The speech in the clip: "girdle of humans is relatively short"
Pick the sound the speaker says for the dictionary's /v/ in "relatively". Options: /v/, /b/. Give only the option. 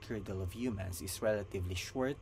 /v/